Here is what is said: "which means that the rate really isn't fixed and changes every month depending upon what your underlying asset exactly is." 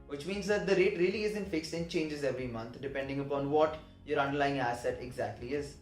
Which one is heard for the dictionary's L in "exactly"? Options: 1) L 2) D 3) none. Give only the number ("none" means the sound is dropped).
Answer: 1